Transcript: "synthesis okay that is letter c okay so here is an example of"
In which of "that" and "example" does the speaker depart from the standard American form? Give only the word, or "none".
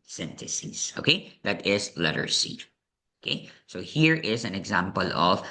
none